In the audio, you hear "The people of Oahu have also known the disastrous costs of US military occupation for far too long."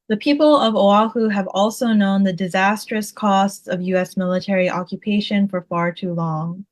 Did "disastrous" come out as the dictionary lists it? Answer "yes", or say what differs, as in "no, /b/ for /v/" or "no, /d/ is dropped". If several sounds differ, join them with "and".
yes